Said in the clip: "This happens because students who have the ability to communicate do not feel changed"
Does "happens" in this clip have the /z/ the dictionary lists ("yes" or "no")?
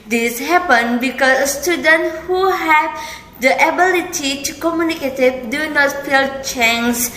no